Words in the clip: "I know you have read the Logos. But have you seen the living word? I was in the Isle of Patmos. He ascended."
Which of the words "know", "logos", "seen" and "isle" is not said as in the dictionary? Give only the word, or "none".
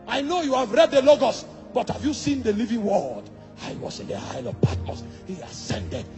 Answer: logos